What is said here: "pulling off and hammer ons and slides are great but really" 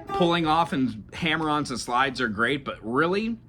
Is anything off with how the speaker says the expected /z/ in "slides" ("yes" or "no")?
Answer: no